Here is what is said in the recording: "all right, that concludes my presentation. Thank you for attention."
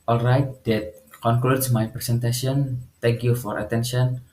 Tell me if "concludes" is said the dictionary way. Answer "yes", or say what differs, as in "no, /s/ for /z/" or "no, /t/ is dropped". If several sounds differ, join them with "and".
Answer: no, /s/ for /z/